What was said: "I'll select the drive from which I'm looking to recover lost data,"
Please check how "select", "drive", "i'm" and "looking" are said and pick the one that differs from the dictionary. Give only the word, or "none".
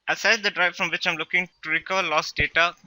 select